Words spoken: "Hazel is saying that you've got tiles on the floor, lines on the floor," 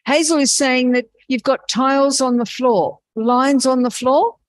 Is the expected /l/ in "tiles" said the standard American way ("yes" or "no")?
yes